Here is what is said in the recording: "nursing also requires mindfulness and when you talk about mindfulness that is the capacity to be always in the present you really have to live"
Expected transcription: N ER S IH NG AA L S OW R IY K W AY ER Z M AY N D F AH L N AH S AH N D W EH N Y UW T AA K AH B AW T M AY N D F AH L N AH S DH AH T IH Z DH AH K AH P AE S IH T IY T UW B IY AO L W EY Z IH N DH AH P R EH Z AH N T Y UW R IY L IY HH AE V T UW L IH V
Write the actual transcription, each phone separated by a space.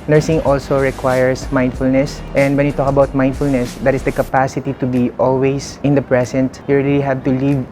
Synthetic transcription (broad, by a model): N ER S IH NG AA L S OW R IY K W AY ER S M AY N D F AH L N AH S AH N D W EH N Y UW T AA K AH B AW T M AY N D F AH L N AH S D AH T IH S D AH K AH P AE S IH T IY T UW B IY AO L W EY S IH N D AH P R EH S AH N T Y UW R IY L IY HH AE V T UW L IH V